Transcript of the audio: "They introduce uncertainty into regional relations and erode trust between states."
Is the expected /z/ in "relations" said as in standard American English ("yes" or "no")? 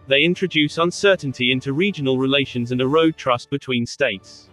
yes